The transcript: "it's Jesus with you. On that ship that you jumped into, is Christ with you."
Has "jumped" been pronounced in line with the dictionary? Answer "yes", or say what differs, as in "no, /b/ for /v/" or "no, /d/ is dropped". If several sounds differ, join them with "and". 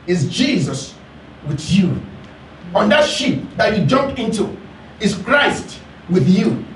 no, /t/ is dropped